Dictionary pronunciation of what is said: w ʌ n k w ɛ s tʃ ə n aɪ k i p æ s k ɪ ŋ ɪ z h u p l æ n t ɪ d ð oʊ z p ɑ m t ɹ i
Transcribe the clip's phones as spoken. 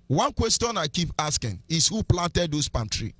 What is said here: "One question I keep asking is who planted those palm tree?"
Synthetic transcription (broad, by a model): w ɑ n k w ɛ s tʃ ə n aɪ k i p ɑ s k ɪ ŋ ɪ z h u p l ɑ n t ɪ d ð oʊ s p ɑ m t ɹ i